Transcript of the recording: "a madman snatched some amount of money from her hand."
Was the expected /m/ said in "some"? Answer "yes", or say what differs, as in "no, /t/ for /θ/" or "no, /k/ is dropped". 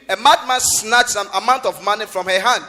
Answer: no, /m/ is dropped